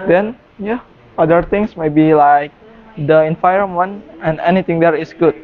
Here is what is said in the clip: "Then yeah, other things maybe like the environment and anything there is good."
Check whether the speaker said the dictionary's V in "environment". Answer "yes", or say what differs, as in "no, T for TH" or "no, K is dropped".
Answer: no, F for V